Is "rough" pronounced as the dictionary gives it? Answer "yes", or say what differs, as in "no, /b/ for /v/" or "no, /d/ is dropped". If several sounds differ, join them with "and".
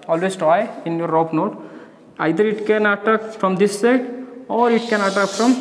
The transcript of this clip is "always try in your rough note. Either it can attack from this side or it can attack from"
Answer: no, /p/ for /f/